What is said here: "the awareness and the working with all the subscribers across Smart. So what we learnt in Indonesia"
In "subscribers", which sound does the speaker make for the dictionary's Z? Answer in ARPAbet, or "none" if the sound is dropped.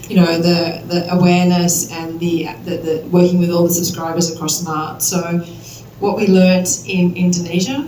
Z